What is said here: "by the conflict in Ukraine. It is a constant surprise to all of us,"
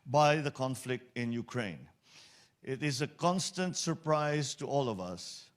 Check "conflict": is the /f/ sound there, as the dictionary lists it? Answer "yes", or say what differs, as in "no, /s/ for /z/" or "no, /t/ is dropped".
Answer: yes